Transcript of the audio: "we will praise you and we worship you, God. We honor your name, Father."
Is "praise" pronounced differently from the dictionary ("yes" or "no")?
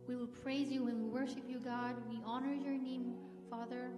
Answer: no